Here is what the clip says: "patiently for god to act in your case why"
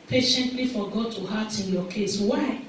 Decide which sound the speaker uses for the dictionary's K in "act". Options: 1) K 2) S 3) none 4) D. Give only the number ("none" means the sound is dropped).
3